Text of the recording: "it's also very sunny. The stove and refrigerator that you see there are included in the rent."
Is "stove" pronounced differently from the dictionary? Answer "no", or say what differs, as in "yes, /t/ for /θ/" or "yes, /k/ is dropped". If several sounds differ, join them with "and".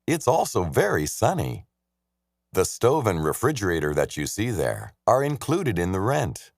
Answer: no